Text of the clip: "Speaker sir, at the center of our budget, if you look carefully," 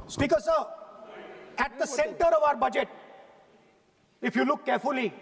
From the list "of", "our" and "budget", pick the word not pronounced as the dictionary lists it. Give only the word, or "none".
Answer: none